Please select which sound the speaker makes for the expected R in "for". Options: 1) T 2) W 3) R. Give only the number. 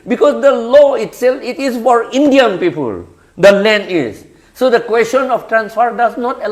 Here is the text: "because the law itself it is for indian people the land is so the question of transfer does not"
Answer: 3